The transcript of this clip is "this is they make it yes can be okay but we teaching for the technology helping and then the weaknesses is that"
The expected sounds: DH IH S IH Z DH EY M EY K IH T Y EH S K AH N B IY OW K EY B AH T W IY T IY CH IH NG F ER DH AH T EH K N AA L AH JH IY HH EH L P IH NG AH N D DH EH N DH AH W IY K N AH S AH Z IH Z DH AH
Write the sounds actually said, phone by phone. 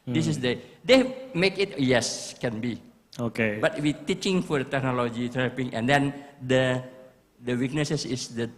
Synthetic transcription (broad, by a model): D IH S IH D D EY M EY K IH T Y EH S K AH N B IY OW K EY B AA T W IY T IY CH IH NG F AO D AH T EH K N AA L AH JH IY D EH P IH NG AH N D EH N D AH W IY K N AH S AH S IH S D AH